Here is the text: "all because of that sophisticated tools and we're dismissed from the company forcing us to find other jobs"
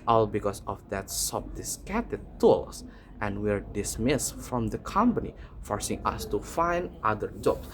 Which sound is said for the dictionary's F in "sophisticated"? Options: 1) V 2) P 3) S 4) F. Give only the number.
2